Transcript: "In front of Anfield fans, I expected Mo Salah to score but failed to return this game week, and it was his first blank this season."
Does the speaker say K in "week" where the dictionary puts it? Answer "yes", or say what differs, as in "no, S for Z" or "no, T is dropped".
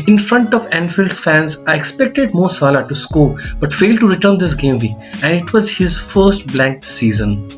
no, K is dropped